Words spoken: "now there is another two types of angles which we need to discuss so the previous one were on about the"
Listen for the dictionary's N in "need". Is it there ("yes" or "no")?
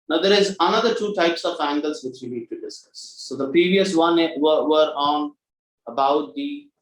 no